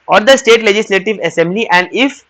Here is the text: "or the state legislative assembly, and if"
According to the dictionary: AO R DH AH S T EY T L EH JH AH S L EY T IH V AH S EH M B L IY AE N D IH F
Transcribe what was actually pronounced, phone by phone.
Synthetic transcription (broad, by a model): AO R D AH S T EY T L EH JH AH S L EY T IH V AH S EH M B L IY AE N D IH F